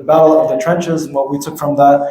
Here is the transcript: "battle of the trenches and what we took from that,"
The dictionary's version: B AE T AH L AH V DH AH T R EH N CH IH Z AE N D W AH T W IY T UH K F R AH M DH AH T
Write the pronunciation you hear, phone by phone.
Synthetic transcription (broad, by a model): B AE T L AH V DH AH T R EH N CH IH Z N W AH W IY T UH K F R AH M DH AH T